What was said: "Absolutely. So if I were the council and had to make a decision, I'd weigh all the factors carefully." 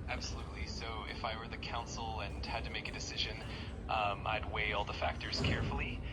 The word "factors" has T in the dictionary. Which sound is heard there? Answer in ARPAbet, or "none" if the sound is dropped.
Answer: T